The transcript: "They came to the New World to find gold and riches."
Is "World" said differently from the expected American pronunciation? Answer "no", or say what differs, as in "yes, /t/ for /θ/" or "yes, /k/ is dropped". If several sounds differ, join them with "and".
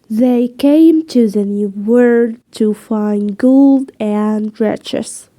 yes, /l/ is dropped